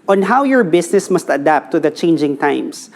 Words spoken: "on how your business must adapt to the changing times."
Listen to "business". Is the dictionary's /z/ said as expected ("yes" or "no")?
no